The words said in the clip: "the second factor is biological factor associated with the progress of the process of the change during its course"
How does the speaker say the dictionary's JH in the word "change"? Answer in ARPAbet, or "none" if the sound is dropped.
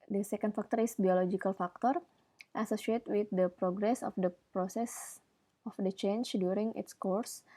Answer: CH